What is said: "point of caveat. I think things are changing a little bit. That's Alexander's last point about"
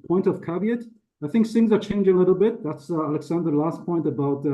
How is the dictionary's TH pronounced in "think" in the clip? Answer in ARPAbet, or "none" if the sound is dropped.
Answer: TH